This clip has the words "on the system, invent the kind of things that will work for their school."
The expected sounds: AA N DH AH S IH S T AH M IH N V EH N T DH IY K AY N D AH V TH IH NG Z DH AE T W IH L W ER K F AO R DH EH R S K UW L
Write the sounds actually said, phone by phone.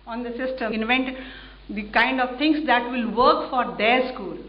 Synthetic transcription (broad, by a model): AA N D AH S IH S T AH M IH N V EH N T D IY K AY N D AH V T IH NG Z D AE T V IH L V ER K F AO R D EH R S K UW L